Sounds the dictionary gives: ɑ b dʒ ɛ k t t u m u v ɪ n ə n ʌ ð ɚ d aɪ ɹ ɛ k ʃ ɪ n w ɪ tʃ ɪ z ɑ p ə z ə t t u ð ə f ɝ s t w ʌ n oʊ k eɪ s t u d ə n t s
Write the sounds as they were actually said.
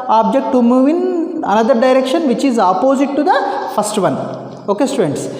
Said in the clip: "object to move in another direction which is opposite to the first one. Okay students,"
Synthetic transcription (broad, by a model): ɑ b dʒ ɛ k t t u m u v ɪ n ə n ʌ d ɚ d aɪ ɹ ɛ k ʃ ɪ n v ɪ tʃ ɪ z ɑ p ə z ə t t u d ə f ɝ s t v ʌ n oʊ k eɪ s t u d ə n t s